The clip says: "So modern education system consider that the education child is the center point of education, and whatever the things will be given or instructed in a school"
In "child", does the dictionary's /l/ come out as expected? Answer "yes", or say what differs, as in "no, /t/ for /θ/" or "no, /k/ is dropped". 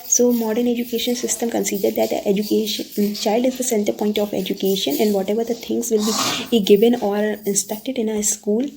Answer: yes